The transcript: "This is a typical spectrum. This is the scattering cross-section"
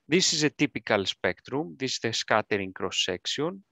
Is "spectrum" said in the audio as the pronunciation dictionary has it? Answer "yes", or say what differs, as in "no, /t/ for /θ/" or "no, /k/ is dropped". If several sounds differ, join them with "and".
yes